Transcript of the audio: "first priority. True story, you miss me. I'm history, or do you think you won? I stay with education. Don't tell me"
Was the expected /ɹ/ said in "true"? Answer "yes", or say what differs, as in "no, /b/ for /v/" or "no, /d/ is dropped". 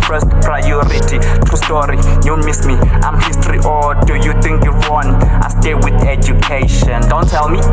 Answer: no, /ɹ/ is dropped